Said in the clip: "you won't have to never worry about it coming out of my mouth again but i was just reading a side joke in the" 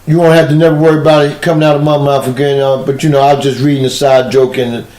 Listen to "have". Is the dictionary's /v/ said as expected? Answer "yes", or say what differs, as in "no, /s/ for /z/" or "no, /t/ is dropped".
no, /f/ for /v/